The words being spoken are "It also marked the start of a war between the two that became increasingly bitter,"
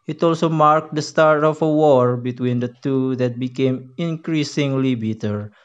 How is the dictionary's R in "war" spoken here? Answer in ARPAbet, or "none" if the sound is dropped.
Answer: R